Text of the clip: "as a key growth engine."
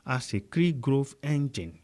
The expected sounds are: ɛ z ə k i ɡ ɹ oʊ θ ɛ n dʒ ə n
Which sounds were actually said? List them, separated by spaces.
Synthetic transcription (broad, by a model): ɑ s ə k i ɡ ɹ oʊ f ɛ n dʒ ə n